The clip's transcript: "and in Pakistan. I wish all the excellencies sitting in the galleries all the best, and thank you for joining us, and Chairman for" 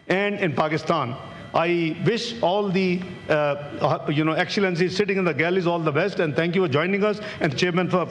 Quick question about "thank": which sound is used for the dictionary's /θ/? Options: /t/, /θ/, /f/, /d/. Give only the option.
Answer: /t/